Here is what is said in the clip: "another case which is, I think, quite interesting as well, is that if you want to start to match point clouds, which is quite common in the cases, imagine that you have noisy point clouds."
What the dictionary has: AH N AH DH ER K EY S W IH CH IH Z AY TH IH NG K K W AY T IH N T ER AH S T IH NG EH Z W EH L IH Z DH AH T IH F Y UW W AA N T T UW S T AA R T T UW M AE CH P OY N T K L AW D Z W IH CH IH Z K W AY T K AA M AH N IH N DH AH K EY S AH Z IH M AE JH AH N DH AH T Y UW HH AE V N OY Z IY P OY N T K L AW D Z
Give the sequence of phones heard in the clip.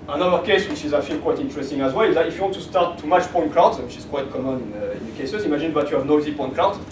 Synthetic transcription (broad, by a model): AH N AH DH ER K EY S W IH CH IH Z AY F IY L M K W AY T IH N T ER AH S T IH NG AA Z W EH L IH Z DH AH T IH F Y UW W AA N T T UW S T AA R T T UW M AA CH P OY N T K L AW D W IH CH IH Z K W AY T K AA M AH N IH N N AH K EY S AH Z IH M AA ZH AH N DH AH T Y UW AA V N OY Z IY P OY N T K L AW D